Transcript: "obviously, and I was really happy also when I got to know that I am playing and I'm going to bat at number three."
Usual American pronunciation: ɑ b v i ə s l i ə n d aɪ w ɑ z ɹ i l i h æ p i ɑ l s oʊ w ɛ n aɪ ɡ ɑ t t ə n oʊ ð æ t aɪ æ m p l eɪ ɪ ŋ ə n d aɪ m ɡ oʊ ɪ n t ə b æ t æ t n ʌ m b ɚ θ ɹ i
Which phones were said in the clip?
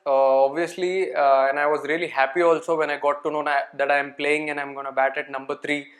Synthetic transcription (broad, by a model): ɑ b v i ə s l i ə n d aɪ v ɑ z ɹ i l i h æ p i ɑ l s oʊ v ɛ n aɪ ɡ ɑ t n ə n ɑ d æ t aɪ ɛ m p l eɪ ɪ ŋ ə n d aɪ m ɡ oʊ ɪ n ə b æ t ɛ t n ʌ m b ɚ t ɹ i